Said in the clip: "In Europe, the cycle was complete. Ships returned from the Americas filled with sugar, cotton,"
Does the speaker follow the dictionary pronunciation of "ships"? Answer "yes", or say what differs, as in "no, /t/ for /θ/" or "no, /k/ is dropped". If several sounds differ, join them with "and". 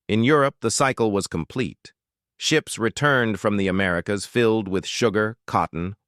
yes